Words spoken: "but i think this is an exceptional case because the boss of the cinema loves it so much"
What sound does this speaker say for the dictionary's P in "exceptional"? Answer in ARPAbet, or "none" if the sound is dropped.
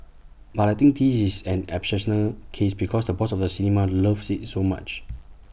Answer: none